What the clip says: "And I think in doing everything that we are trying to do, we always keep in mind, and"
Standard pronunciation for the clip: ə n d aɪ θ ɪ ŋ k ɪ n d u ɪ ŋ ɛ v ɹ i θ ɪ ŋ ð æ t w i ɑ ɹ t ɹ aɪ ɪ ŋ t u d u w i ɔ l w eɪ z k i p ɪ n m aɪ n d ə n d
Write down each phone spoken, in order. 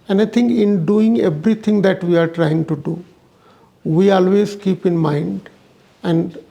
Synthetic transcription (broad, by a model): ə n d aɪ t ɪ ŋ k ɪ n d u ɪ ŋ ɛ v ɹ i t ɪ ŋ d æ t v i ɑ ɹ t ɹ aɪ ɪ ŋ t u d u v i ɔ l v eɪ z k i p ɪ n m aɪ n d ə n d